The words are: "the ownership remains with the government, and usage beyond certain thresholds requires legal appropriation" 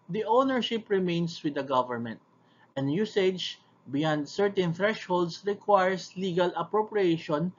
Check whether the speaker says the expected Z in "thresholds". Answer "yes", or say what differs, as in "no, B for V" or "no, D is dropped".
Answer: no, S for Z